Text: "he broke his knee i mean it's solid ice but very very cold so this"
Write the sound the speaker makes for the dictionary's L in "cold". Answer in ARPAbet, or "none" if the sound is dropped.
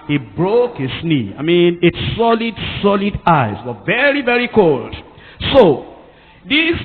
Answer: L